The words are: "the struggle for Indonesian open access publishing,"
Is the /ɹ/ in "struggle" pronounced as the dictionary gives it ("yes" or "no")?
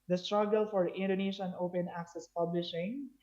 yes